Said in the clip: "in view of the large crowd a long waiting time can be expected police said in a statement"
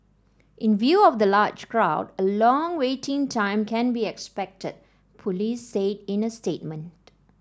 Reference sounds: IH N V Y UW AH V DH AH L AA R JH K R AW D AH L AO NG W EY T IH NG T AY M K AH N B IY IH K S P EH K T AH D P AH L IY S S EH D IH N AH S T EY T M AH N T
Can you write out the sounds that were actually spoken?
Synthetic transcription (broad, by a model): IH N V Y UW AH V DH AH L AA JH K R AW D AH L AO NG W EY T IH NG T AY M K AH N B IY IH K S P EH K T AH D P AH L IY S S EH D IH N AH S T EY T M AH N T